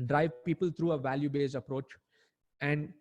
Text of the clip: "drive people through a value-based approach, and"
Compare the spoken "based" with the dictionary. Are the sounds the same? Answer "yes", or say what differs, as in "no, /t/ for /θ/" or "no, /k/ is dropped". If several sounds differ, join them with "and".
no, /t/ is dropped